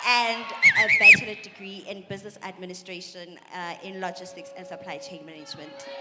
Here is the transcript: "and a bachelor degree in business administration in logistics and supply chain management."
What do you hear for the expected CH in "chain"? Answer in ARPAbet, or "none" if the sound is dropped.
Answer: CH